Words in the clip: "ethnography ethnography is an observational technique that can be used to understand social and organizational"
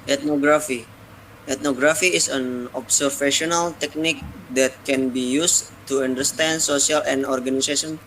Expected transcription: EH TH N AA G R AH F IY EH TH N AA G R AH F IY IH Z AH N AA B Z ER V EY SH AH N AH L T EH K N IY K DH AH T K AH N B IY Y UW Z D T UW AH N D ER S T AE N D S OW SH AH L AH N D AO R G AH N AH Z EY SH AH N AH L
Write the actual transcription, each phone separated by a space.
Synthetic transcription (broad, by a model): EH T N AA G R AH F IY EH T N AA G R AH F IY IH S AH N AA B S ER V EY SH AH N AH L T EH K N IY K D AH T K AH N B IY Y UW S T UW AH N D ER S T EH N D S OW S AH L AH N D AO R G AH N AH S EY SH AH N